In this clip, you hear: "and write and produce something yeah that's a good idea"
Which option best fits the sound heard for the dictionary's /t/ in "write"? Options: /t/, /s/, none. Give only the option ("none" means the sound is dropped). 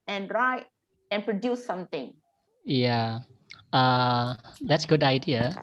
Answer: none